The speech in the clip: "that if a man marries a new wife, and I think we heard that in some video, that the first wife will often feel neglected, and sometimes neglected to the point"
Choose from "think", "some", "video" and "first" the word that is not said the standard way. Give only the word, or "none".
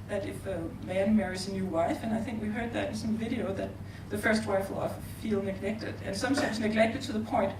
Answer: none